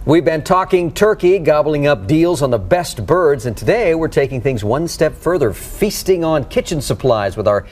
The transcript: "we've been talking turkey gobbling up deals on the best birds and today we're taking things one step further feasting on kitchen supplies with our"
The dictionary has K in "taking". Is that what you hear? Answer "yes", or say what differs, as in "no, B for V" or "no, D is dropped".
yes